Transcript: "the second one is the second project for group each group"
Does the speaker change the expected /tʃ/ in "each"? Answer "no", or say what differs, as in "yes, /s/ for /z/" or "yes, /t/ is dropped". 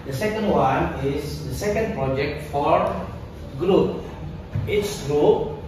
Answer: yes, /s/ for /tʃ/